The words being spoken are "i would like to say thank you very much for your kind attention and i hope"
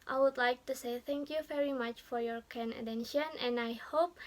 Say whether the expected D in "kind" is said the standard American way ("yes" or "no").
no